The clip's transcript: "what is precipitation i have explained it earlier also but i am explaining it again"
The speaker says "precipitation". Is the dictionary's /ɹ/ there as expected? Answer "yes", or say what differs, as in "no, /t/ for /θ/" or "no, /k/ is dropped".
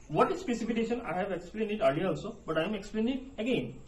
no, /ɹ/ is dropped